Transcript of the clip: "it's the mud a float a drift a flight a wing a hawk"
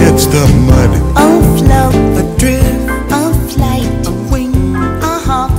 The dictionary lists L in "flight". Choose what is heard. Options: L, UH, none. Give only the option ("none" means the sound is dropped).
L